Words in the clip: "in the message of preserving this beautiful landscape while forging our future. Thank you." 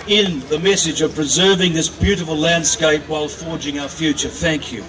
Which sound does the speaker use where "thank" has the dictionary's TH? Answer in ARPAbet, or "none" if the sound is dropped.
TH